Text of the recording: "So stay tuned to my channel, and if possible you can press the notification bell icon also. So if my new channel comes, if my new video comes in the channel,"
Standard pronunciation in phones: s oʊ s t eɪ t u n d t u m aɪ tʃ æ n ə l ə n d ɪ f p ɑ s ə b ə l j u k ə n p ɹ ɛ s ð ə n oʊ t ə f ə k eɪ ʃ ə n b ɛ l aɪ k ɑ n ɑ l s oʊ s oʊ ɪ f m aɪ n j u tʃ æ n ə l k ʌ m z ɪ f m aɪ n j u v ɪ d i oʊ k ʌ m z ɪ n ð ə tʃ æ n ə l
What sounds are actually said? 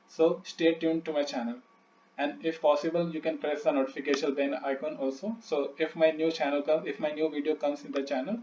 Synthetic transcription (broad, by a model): s oʊ s t eɪ t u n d t u m aɪ tʃ æ n ə l ə n d ɪ f p ɑ s ə b ə l j u k ə n p ɹ ɛ s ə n oʊ t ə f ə k eɪ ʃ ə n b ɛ n aɪ k ɑ n ɑ l s oʊ s oʊ ɪ f m aɪ n j u tʃ æ n ə l k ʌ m ɪ f m aɪ n j u v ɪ d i oʊ k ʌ m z ɪ n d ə tʃ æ n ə l